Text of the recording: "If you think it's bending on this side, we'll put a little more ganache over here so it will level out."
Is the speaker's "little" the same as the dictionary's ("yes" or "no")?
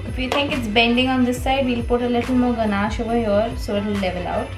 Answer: yes